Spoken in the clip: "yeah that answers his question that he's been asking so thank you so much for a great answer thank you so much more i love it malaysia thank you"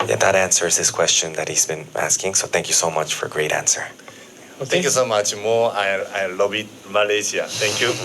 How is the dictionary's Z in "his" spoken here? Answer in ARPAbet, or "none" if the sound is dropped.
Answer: S